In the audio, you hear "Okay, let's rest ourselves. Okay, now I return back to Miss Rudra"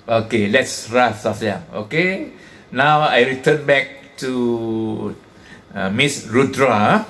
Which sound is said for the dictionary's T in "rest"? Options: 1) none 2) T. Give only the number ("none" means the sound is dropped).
1